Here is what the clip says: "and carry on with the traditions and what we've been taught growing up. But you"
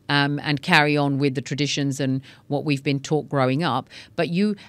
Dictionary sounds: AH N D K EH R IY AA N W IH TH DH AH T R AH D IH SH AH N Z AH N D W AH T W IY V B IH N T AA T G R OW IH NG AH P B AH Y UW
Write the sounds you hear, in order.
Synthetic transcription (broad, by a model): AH N K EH R IY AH N W IH DH AH T R AH D IH SH AH N Z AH N W AH T W IY V B IH N T AA T G R OW IH NG AH P B AH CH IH